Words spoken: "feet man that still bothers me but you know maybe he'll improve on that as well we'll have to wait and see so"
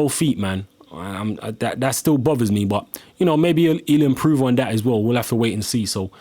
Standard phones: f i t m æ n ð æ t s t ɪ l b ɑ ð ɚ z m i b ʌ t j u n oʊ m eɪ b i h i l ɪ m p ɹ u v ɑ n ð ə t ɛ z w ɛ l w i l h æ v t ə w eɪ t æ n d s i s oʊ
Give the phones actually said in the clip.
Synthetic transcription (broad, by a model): f i t m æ n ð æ t s t ɪ l b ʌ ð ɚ z m i b ʌ t j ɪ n oʊ m eɪ b i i l ɪ m p ɹ u v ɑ n ð ə t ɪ z w ɛ l w i l h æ f t ə w eɪ t n s i s oʊ